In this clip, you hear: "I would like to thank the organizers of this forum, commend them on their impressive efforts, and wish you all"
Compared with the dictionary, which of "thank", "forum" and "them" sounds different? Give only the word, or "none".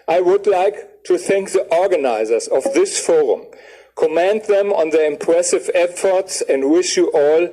none